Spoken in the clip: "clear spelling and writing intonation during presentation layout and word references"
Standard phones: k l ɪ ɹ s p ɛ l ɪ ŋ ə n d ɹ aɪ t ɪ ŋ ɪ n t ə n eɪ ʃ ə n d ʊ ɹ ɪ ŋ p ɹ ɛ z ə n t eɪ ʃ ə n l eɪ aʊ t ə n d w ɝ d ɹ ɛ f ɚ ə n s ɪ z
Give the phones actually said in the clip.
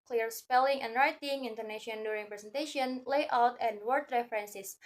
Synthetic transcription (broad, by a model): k l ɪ ɹ s p ɛ l ɪ ŋ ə n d ɹ aɪ t ɪ ŋ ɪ n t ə n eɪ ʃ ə n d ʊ ɹ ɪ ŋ p ɹ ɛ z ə n t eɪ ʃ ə n l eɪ aʊ t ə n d w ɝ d ɹ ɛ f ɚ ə n s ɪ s